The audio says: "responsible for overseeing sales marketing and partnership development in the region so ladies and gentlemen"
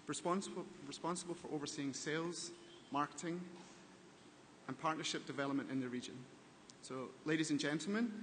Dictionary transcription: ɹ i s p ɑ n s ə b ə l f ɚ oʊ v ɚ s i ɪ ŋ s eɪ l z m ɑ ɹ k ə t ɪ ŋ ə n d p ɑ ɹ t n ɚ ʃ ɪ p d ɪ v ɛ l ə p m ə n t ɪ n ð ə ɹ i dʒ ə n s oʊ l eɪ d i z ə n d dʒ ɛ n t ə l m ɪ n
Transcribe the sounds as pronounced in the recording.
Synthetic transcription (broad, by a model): ɹ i s p ɑ n s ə b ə l f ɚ oʊ v ɚ s i ɪ ŋ s eɪ l z m ɑ ɹ k ə t ɪ ŋ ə n p ɑ ɹ t n ɚ ʃ ɪ p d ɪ v ɛ l ə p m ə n t ɪ n ð ə ɹ i dʒ ə n s oʊ l eɪ d i z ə n dʒ ɛ n t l m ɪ n